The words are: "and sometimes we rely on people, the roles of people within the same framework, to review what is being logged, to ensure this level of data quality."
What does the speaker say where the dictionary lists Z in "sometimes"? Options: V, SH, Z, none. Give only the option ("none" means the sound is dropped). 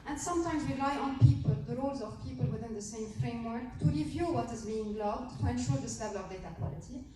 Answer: Z